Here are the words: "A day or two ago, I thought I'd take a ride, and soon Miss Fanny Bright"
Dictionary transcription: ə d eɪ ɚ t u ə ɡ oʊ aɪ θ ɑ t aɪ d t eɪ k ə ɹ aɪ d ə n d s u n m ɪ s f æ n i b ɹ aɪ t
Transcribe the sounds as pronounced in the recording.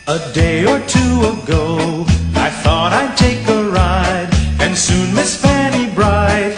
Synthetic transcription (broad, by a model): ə d eɪ ɚ t u ə ɡ oʊ aɪ θ ɑ t aɪ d t eɪ k ə ɹ aɪ d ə n s u n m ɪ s f æ n i b ɹ aɪ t